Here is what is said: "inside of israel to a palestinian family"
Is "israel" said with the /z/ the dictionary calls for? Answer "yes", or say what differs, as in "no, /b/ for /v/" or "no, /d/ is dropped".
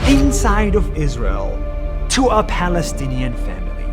yes